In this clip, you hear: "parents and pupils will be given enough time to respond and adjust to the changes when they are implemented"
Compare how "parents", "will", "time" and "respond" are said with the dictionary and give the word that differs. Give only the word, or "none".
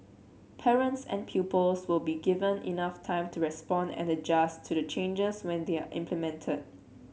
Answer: none